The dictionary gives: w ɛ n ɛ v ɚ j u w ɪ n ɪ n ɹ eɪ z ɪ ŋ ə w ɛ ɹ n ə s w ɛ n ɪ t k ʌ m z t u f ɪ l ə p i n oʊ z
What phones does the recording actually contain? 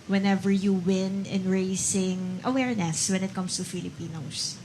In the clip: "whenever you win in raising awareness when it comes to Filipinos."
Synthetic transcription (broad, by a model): w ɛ n ɛ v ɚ j u w ɪ n ɪ n ɹ eɪ s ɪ ŋ ə w ɛ ɹ n ə s w ɛ n ɪ t k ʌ m s t u f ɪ l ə p i n oʊ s